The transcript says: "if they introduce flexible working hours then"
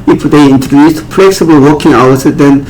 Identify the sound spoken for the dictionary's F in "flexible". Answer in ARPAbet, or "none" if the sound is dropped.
P